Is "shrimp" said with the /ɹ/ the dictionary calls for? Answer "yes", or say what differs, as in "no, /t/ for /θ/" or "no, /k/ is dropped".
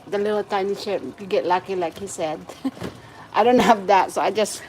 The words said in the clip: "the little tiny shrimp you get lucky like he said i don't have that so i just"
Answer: no, /ɹ/ is dropped